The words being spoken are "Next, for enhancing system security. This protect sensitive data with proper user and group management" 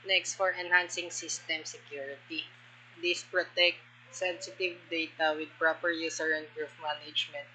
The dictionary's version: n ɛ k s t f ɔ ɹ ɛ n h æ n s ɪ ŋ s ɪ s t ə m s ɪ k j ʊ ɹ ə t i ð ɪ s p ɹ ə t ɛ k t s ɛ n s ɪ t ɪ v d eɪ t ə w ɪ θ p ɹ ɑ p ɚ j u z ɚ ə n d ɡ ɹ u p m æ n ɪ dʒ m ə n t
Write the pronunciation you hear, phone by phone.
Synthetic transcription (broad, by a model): n ɛ k s t f ɔ ɹ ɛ n h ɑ n s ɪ ŋ s ɪ s t ə m s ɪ k j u ɹ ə t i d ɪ s p ɹ ə t ɛ k t s ɛ n s ɪ t ɪ v d eɪ t ə w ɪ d p ɹ ɑ p ɚ j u s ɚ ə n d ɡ ɹ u f m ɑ n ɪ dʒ m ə n t